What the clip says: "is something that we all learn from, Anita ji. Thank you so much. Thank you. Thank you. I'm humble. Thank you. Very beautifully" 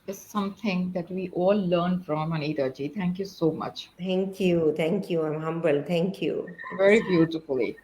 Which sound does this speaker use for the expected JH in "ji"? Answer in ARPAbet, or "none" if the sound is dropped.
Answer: JH